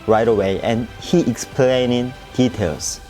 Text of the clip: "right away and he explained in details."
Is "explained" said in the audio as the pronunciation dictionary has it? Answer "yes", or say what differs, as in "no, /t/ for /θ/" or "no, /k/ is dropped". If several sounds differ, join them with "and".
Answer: no, /d/ is dropped